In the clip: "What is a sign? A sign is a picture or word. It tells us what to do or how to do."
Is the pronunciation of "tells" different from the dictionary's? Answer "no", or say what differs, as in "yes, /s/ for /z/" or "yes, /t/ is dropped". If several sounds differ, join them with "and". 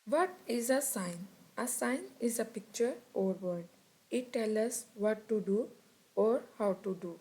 yes, /z/ is dropped